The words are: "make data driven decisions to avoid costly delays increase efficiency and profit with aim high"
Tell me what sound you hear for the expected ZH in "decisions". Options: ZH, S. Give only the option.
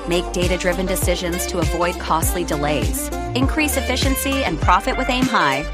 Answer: ZH